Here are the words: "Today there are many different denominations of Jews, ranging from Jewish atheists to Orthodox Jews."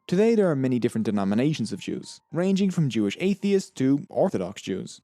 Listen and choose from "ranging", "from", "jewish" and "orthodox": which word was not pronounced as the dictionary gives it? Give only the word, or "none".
none